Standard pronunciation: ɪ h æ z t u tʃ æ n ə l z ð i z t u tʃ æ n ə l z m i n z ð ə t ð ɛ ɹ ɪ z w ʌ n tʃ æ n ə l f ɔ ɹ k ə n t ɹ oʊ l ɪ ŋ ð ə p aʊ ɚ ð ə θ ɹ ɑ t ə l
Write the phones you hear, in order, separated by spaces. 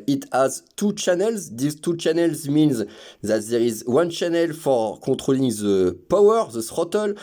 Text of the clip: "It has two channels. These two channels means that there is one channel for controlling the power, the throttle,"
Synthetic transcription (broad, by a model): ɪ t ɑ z t u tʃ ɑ n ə l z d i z t u tʃ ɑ n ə l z m i n z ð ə t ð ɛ ɹ ɪ z w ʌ n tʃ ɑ n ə l f ɔ ɹ k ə t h oʊ l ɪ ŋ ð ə p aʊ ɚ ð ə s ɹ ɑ t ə l